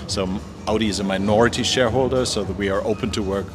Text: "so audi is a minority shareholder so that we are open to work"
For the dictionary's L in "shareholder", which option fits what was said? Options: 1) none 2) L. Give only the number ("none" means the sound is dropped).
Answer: 2